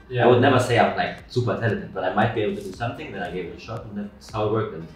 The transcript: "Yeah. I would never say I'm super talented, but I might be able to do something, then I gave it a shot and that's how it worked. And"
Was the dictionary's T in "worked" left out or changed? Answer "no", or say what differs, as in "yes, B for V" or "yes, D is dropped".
yes, T is dropped